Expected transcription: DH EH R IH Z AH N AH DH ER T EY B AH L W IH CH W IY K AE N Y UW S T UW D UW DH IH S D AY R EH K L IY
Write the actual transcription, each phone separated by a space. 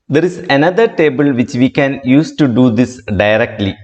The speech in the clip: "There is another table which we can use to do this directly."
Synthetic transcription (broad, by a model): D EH R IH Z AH N AH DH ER T EY B AH L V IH CH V IY K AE N Y UW S T UW D UW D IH S D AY R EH K L IY